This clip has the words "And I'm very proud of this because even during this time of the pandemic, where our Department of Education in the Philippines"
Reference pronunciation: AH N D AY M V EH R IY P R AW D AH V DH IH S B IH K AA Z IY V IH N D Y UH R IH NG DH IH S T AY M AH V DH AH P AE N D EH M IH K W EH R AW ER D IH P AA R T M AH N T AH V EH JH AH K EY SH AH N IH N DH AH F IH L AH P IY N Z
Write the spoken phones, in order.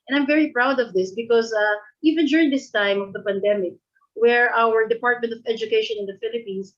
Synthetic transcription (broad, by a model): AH N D AY M V EH R IY P R AW D AH V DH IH S B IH K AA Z IY V IH N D Y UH R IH NG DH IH S T AY M AH V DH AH P AE N D EH M IH K W EH R AW ER D IH P AA R T M AH N T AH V EH JH AH K EY SH AH N IH N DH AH F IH L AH P IY N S